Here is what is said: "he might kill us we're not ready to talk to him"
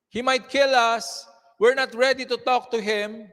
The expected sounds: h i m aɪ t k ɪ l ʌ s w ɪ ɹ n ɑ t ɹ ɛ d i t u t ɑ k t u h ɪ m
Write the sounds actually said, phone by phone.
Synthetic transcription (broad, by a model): h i m aɪ t k ɪ l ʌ s w ɪ ɹ n ɑ t ɹ ɛ d i t u t ɑ k t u h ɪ m